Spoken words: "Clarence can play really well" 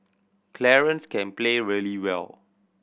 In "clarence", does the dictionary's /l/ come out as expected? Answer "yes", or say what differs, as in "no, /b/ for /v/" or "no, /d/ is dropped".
yes